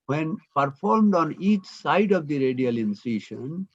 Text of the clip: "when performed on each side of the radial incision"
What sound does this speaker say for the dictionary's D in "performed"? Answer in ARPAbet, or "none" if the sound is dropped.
D